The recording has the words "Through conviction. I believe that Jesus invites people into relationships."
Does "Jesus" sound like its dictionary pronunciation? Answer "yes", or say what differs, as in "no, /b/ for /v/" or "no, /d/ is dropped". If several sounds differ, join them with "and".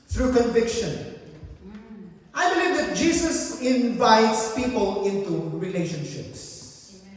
no, /s/ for /z/